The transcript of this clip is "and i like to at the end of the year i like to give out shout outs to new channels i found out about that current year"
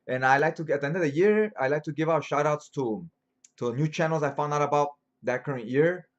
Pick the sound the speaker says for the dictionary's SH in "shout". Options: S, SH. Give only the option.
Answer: SH